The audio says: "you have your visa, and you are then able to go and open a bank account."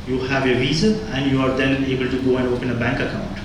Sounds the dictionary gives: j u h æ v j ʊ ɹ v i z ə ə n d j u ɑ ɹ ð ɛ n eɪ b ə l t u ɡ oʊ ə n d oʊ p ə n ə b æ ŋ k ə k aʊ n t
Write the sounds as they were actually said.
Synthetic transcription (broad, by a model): j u h æ v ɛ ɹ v i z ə ə n d j u ɑ ɹ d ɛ n eɪ b ə l t u ɡ oʊ ə n d oʊ p ə n ə b æ ŋ k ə k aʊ n t